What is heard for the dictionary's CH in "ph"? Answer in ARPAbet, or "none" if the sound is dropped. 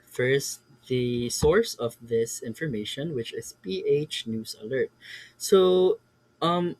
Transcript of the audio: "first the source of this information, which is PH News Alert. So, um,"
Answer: CH